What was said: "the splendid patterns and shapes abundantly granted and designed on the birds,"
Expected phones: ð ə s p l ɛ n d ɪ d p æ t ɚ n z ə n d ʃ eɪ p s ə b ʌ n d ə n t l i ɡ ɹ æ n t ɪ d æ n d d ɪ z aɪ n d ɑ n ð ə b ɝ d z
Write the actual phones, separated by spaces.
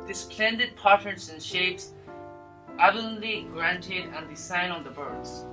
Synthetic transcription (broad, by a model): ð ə s p l ɛ n d ɪ d p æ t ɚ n s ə n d ʃ eɪ p s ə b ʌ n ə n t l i ɡ ɹ æ n t ɪ d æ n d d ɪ s aɪ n ɑ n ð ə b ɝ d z